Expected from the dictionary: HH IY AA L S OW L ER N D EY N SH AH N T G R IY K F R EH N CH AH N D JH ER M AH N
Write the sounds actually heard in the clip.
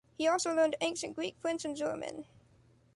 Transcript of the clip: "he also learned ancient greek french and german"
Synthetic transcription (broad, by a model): HH IY AA L S OW L ER N D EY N SH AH N G R IY K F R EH N S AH N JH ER M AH N